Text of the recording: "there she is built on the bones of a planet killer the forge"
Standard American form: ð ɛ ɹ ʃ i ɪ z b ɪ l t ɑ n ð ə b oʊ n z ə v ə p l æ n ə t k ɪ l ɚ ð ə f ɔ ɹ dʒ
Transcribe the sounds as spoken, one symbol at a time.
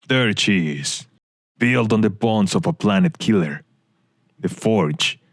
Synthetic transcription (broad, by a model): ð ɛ ɹ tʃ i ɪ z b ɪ l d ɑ n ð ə b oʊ n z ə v ə p l æ n ə t k ɪ l ɚ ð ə f ɔ ɹ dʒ